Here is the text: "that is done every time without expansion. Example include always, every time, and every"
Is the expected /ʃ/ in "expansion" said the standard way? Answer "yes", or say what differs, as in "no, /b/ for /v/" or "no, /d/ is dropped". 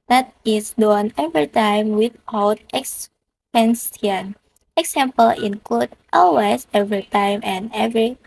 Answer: no, /s/ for /ʃ/